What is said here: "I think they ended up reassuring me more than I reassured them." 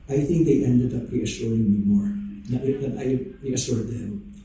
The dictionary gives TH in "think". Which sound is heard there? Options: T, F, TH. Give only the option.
TH